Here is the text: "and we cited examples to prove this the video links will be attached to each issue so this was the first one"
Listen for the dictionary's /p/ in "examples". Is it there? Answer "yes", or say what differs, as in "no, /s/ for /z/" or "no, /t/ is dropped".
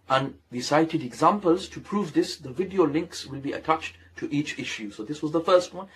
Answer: yes